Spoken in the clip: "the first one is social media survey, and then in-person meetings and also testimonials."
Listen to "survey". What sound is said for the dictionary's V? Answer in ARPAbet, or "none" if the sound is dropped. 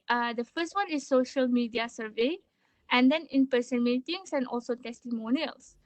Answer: V